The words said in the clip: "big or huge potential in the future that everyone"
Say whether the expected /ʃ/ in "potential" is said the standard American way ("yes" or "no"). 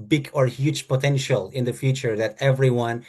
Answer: yes